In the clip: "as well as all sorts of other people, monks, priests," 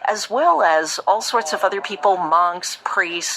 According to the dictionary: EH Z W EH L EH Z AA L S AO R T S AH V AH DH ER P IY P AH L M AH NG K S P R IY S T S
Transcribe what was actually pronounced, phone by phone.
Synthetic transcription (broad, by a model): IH Z W EH L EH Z AA L S AO R T S AH V AH DH ER P IY P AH L M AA NG K S P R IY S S